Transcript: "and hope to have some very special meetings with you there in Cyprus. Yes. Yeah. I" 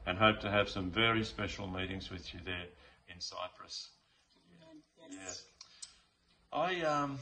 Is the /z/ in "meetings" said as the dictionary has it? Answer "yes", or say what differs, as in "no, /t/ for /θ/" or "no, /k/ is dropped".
yes